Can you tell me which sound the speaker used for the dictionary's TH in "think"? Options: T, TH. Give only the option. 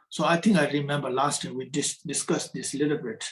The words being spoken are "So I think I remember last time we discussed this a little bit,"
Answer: T